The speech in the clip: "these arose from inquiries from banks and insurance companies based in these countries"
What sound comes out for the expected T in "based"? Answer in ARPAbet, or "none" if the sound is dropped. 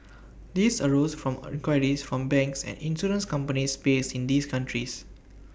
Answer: none